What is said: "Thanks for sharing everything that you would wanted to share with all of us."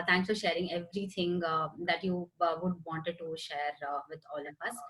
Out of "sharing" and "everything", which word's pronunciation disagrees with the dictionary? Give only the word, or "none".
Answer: everything